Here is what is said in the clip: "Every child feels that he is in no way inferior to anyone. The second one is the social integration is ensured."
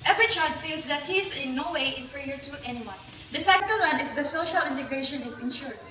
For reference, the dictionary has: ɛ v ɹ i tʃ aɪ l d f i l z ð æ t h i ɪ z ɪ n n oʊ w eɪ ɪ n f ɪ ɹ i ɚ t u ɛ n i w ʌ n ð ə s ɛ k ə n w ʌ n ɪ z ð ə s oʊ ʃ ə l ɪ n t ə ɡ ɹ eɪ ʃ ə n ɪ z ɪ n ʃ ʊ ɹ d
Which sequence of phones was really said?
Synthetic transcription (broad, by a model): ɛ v ɹ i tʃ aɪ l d f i l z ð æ t h i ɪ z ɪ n n oʊ w eɪ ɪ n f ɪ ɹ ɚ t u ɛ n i w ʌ n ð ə s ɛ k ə l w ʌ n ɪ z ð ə s oʊ ʃ ə l ɪ n t ə ɡ ɹ eɪ ʃ ə n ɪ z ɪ n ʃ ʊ ɹ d